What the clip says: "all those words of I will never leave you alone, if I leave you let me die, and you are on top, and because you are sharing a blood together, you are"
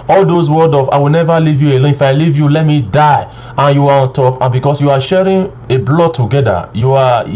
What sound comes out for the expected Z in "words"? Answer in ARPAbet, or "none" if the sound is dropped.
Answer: none